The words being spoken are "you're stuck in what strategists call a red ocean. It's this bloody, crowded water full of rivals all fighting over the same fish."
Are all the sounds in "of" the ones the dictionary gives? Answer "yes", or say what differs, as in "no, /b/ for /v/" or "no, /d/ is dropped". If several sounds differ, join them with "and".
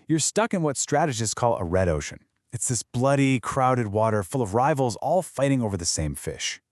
yes